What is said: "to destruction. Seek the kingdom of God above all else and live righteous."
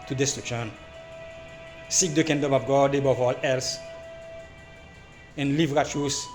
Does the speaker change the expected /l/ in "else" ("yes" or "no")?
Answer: no